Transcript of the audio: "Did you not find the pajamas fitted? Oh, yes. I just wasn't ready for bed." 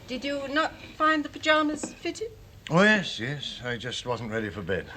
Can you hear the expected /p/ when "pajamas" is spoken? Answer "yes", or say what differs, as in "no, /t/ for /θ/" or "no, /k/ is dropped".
yes